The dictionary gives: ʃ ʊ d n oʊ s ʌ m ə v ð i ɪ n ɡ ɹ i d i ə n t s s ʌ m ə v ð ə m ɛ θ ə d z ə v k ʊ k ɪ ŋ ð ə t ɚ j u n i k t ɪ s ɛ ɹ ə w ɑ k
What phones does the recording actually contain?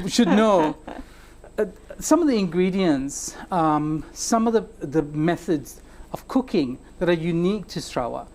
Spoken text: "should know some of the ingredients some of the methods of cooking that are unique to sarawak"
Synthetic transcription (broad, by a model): ʃ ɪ d n oʊ s ʌ m ə v ð i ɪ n ɡ ɹ i d i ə n t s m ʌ m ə v ð ə m ɛ θ ə d z ə v k ʊ k ɪ ŋ ð ə t ɚ j u n i k t ɪ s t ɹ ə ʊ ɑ